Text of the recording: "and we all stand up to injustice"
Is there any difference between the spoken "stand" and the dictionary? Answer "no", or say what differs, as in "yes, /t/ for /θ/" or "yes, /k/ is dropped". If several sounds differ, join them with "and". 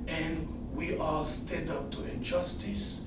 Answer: yes, /n/ is dropped